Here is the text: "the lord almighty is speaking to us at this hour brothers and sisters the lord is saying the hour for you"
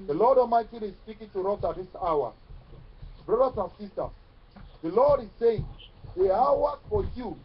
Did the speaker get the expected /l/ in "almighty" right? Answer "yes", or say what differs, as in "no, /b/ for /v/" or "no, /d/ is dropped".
no, /l/ is dropped